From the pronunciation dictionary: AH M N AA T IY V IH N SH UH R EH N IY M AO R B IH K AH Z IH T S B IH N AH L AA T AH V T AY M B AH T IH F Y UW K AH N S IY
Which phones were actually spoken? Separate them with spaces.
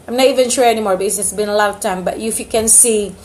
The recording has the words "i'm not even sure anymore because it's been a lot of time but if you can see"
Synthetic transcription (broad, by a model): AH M N AA T IY V IH N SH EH EH N IY M AO R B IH AH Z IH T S B IH N AH L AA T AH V T AY M B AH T IH F Y UW K AH N S IY